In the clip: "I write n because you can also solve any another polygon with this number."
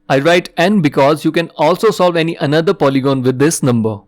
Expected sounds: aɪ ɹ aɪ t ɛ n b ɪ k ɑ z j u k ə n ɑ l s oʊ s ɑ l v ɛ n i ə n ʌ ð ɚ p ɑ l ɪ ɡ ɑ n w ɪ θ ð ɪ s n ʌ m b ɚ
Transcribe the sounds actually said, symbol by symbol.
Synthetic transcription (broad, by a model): aɪ ɹ aɪ t ɛ n b ɪ k ɑ z j u k ə n ɑ l s oʊ s ɑ l v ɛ n i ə n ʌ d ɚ p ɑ l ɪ ɡ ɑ n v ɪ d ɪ s n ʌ m b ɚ